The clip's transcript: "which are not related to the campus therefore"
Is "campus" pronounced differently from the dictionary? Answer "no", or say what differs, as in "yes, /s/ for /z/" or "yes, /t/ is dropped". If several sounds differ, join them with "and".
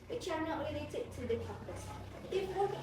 yes, /m/ is dropped